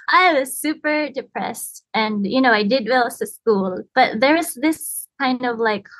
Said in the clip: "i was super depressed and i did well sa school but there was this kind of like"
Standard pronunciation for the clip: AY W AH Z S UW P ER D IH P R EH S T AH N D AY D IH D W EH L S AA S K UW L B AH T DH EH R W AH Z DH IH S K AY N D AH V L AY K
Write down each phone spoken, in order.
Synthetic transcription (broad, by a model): AY W AH Z S UW P ER D IH P R EH S T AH N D AY D IH D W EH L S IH S K UW L B AH T DH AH R W AH Z DH IH S K AY N D AH V L AY K